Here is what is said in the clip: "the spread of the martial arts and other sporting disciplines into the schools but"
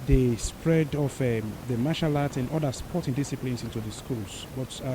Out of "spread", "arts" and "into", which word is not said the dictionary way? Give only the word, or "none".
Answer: arts